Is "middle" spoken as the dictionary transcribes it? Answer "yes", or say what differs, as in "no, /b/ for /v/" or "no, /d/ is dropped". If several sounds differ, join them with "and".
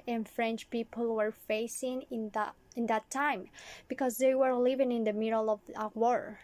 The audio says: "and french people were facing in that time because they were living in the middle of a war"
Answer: yes